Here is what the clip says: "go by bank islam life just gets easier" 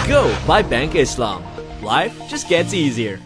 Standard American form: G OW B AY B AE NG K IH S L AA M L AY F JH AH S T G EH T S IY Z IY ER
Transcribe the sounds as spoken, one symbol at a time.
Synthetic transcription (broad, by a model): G OW B AY B AE NG K IH S L AA M L AY F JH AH S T G EH T S IY Z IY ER